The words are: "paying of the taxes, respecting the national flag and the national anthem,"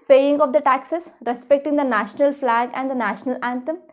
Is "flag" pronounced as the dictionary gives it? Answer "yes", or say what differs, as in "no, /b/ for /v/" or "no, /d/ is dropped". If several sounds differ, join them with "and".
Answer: yes